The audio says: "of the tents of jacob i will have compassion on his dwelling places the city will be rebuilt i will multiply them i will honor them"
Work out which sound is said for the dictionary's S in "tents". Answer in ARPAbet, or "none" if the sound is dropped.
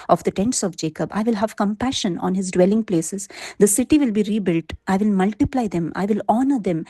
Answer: S